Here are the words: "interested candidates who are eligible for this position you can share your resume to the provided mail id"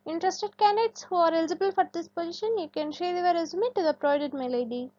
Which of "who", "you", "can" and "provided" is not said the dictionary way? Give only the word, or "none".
provided